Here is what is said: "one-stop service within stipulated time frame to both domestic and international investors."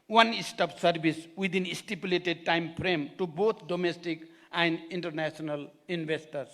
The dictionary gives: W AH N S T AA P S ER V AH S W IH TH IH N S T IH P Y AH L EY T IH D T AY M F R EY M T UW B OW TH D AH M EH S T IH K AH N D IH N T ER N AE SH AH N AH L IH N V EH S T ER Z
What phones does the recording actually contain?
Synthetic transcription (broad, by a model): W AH N S T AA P S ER B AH S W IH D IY N S T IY P Y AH L EY T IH D T AY M P R EY M T UW B OW T D AH M EH S T IH K AH N D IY N T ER N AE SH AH N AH L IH N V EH S T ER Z